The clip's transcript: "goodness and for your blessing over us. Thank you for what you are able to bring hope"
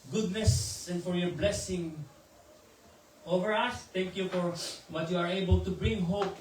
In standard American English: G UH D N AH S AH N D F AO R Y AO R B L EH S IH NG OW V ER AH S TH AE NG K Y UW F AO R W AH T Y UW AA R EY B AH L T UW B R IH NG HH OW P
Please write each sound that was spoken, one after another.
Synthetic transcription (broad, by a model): G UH D N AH S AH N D F AO R Y AO R B L EH S IH NG OW V ER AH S T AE NG K Y UW F AO R W AH T Y UW AA R EY B AH L T UW B R IH NG HH OW P